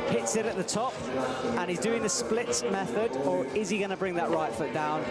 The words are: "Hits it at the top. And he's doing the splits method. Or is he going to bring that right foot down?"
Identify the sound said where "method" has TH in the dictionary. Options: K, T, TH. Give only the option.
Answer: TH